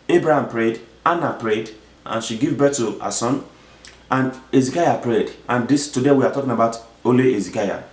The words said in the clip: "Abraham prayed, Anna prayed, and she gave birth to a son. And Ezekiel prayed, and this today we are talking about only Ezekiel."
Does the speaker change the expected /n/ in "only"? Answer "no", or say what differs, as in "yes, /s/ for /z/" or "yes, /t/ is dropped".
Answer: yes, /n/ is dropped